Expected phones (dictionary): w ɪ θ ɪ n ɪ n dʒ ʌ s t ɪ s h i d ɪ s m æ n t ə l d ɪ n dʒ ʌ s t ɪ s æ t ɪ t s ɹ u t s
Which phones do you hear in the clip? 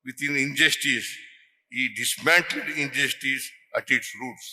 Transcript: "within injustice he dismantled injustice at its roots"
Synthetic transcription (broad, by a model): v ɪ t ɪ n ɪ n dʒ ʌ s t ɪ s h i d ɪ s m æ n t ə d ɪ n dʒ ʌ s t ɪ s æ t ɪ t s ɹ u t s